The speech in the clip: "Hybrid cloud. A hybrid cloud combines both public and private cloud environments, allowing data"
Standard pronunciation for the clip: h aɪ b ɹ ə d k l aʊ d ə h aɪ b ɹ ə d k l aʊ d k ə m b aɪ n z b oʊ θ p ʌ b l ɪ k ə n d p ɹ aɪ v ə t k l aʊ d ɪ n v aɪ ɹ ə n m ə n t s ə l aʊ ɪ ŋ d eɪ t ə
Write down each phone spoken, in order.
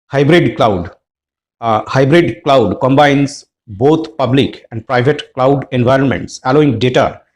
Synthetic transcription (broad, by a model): h aɪ b ɹ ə d k l aʊ d h aɪ b ɹ ə d k l aʊ d k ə m b aɪ n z b oʊ t p ʌ b l ɪ k ə n d p ɹ aɪ v ə t k l aʊ d ɪ n v aɪ ɹ ə n m ə n t s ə l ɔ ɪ ŋ d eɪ t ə